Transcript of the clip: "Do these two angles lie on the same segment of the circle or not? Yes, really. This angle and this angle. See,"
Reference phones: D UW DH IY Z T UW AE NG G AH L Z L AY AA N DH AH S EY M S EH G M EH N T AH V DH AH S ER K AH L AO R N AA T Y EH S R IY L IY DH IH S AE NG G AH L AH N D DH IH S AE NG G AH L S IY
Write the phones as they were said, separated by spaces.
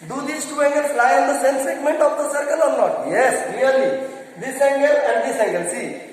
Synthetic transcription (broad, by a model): D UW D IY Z T UW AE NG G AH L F L AY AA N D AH S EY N S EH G M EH N T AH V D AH S ER K AH L AO R N AA T Y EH S L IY L IY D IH S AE NG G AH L AH N D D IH S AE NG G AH L S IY